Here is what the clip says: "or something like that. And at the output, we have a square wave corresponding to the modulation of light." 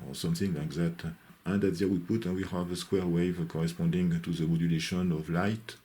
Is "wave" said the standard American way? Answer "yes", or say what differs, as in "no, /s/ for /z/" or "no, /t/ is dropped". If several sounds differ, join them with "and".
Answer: yes